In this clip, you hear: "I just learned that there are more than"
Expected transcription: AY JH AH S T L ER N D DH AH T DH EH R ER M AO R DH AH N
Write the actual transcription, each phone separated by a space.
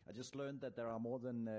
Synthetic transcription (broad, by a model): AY JH AH S T L ER N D DH AH T DH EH R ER M AO R DH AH N